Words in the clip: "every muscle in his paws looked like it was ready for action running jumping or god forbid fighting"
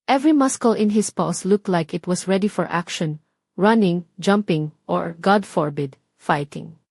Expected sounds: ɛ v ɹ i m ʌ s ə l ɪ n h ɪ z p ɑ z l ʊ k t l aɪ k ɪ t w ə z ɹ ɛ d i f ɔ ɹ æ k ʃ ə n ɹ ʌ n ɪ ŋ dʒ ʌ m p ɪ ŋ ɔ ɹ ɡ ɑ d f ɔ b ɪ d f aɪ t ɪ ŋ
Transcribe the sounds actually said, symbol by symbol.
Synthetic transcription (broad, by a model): ɛ v ɹ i m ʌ s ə l ɪ n h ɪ s p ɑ s l ʊ k t l aɪ k ɪ t w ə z ɹ ɛ d i f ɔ ɹ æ k ʃ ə n ɹ ʌ n ɪ ŋ dʒ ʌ m p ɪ ŋ ɔ ɹ ɡ ɑ d f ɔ b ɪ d f aɪ t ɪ ŋ